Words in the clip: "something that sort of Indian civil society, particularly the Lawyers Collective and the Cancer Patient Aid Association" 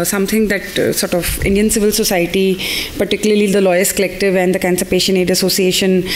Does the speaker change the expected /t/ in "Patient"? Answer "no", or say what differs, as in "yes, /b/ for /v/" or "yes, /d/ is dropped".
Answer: yes, /t/ is dropped